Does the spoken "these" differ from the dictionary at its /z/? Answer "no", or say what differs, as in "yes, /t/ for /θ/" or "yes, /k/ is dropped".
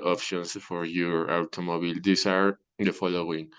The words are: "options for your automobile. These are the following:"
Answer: yes, /s/ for /z/